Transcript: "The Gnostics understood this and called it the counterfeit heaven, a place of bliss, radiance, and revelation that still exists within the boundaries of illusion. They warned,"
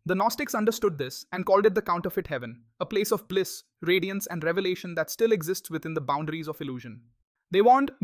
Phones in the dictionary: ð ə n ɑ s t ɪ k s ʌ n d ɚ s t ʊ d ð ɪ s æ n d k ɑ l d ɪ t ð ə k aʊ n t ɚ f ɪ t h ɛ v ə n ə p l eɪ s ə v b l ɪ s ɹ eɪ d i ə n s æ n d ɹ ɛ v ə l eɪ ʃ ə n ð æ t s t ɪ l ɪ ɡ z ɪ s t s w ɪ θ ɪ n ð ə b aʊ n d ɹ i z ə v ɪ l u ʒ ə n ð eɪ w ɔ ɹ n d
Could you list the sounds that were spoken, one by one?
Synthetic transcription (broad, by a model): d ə n ɑ s t ɪ k s ʌ n d ɚ s t ʊ d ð ɪ s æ n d k ɑ l d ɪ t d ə k aʊ n t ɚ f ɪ t h ɛ v ə n ə p l eɪ s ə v b l ɪ s ɹ eɪ d i ə n s æ n d ɹ ɛ v ə l eɪ ʃ ə n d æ t s t ɪ l ɪ ɡ z ɪ s t s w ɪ t ɪ n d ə b aʊ n d ɹ i z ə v ɪ l u ʒ ə n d eɪ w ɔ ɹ n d